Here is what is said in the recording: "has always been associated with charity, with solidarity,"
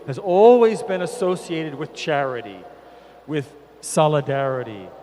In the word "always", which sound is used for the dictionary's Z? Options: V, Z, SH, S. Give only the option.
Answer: Z